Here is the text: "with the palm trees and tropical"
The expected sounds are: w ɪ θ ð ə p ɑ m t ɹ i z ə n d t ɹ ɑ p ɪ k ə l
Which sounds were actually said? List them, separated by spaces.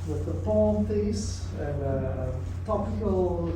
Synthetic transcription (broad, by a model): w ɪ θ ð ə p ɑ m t i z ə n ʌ t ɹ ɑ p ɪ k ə l